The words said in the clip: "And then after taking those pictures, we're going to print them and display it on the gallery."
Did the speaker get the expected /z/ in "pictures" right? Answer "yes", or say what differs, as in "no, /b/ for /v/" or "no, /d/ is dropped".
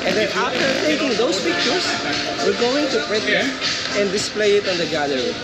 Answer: no, /s/ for /z/